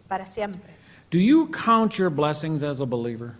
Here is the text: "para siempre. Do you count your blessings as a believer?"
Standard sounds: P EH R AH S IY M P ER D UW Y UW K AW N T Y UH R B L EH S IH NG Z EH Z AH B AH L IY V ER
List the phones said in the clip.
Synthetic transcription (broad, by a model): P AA R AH S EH M P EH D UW Y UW K AW N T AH R B L EH S IH NG Z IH Z AH B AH L IY V ER